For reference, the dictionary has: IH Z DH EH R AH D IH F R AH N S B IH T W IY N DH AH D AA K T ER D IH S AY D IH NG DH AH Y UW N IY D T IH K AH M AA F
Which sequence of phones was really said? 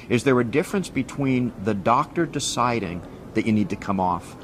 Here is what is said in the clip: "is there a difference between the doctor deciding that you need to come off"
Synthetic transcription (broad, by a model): IH Z DH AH R AH D IH F R AH N S B IH T W IY N DH AH D AA K T ER D IH S AY D IH NG DH AH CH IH N IY D T IH K AH M AA F